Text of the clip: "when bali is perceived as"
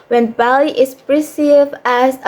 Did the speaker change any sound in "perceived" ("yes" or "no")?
yes